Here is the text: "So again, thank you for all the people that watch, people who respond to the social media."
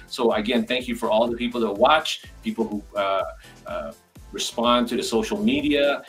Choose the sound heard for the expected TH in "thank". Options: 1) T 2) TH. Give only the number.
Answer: 2